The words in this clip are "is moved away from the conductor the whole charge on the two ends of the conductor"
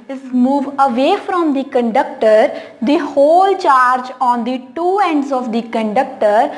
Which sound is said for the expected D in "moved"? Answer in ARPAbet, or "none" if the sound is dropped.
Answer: none